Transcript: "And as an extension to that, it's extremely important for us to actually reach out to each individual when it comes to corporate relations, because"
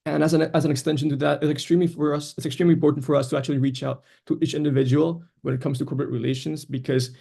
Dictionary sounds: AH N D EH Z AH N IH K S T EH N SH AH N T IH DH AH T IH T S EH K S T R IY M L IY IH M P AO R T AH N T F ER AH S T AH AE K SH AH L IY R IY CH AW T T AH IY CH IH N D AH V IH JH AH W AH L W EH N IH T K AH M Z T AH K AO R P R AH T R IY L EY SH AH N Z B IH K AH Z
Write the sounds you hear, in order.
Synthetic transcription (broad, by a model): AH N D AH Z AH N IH K S T EH N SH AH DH T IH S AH T IH T S EH K S T R IY M L IY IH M P AO R T N T F ER AH S T AH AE K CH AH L IY R IY CH AW T T IY CH IH N D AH V IH JH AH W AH L W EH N IH T K AH M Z T AH K AO R P R AH T R IY L EY SH AH N Z B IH K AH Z